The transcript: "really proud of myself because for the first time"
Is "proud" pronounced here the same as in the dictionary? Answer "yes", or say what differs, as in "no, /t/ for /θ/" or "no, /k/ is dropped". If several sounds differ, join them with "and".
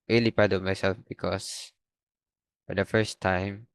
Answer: no, /ɹ/ is dropped